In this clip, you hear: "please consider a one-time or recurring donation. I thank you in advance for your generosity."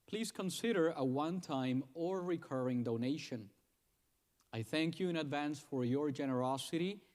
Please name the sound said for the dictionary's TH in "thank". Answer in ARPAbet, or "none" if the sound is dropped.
TH